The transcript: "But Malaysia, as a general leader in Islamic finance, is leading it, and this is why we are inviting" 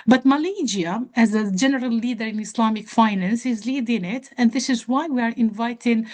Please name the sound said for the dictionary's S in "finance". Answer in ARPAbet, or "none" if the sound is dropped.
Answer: S